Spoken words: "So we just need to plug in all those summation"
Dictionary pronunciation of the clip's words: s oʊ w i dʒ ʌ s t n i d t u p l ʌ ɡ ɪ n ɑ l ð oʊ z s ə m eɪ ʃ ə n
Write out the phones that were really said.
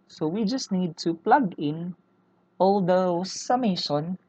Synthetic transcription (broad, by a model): s oʊ w i dʒ ʌ s t n i d t u p l ʌ ɡ ɪ n ɑ l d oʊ s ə m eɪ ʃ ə n